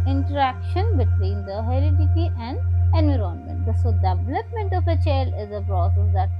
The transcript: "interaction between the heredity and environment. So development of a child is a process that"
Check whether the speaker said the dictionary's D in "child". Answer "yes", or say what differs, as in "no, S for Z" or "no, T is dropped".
no, D is dropped